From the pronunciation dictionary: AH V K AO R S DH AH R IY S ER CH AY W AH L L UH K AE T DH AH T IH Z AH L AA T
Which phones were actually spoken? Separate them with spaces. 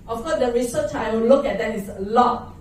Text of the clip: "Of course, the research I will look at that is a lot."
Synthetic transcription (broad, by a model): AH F K AO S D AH R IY S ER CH AY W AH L L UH K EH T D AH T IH S AH L AA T